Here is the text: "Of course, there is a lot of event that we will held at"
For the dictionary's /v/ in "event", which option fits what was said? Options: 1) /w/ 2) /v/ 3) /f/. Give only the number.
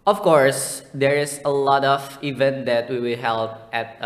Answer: 2